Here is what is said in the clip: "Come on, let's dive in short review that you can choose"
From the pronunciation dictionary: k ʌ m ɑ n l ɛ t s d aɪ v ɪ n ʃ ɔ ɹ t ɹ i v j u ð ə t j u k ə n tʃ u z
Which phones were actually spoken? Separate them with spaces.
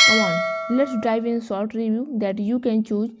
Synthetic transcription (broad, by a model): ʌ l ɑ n l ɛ t s d aɪ v ɪ n s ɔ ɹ t ɹ i v j u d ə t j u k ə n tʃ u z